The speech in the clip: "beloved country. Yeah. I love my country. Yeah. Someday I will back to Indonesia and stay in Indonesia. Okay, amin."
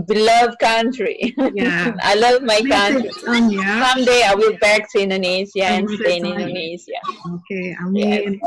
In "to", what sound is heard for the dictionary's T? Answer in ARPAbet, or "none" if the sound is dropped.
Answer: S